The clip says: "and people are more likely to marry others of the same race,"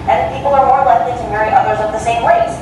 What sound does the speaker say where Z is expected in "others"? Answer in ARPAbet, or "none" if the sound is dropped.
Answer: Z